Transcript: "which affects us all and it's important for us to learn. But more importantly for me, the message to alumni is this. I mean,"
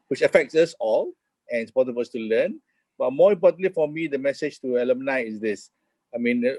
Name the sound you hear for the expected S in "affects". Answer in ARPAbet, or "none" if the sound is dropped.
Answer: S